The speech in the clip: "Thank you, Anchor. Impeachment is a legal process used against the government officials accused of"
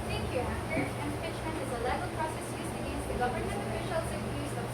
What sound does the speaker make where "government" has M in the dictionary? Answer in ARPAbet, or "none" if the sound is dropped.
none